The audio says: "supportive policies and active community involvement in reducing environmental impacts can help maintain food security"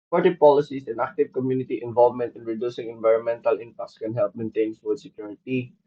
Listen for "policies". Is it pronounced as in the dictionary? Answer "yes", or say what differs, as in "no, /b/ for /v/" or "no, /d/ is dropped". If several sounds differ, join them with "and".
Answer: no, /s/ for /z/